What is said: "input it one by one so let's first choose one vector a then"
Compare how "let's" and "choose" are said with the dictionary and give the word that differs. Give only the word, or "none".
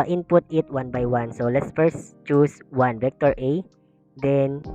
choose